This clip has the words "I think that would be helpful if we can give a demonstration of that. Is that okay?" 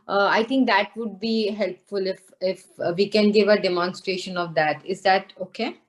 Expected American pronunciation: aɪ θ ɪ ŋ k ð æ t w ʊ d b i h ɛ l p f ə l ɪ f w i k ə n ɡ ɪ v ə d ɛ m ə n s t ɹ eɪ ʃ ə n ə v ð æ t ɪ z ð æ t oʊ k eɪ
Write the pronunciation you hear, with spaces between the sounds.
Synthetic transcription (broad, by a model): aɪ t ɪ ŋ k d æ t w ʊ d b i h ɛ l p f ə l ɪ f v i k ə n ɡ ɪ v ə d ɛ m ə n s t ɹ eɪ ʃ ə n ə v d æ t ɪ z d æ t oʊ k eɪ